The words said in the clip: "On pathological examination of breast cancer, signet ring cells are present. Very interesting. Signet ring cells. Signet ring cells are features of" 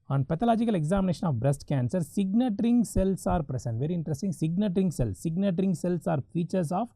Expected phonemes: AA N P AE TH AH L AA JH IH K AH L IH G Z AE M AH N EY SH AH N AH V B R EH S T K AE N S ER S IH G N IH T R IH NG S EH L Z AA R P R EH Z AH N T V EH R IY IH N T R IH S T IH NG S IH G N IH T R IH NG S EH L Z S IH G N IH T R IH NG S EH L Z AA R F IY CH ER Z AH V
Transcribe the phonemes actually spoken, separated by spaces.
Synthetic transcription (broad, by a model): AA N P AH T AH L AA JH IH K AH L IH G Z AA M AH N EY SH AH N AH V B R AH S T K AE N S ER S IH G N IH T R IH NG S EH L S AA R P R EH S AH N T V EH R IY IH N T R IH S T IH NG S IH G N IH T R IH NG S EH L S IH G N IH T R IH NG S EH L S AA R F IY CH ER S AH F